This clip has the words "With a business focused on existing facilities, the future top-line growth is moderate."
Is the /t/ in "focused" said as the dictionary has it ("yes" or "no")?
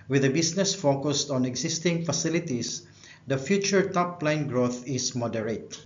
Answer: yes